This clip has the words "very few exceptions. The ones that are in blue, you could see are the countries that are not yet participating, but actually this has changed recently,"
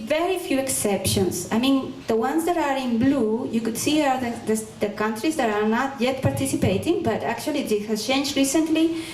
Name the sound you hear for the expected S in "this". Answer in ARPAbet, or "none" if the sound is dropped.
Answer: none